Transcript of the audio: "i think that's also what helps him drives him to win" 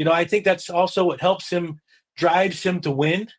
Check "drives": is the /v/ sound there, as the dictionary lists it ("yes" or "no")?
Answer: yes